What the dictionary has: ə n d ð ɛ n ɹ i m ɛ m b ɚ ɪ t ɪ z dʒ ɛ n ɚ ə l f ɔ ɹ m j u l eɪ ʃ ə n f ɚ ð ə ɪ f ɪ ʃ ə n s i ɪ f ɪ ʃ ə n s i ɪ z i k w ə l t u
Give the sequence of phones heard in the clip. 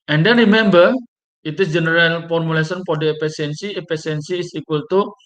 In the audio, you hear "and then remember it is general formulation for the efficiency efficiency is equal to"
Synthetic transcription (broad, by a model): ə n d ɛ n ɹ i m ɛ m b ɚ ɪ t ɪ s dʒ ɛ n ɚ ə l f ɔ ɹ m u l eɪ s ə n p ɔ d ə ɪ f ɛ s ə n s i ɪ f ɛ s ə n s i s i k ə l t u